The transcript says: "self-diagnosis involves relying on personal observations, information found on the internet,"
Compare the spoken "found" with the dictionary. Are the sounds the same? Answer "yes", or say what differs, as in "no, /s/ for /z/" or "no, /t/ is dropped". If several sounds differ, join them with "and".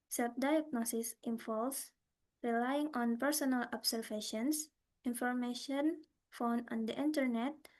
no, /d/ is dropped